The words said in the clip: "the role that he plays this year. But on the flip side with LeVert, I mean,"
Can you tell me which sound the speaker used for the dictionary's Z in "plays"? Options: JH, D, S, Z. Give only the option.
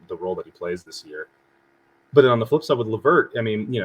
Z